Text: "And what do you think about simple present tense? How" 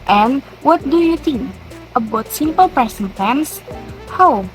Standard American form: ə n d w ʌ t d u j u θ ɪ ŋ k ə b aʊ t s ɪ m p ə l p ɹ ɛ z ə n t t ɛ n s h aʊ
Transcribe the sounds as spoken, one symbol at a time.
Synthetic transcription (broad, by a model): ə n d w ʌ t d u j u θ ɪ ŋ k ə b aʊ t s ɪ m p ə l p ɹ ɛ s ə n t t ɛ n s h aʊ